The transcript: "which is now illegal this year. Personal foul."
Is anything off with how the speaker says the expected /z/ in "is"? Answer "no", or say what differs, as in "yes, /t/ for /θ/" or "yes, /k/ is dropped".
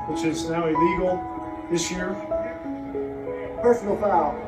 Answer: no